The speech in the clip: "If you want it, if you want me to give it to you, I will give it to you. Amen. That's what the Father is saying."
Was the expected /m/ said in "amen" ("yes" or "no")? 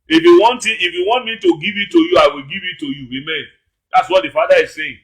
yes